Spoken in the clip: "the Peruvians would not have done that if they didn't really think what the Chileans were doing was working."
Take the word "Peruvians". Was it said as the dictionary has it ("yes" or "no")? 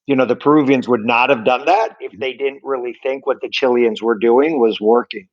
yes